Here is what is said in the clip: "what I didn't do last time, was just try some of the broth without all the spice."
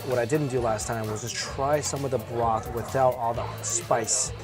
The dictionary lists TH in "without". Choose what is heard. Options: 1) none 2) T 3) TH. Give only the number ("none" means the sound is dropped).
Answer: 3